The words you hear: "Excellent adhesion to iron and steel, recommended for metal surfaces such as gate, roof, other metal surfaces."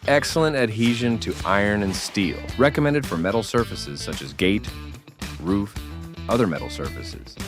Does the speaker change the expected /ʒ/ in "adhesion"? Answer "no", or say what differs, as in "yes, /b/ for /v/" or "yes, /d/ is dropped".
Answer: no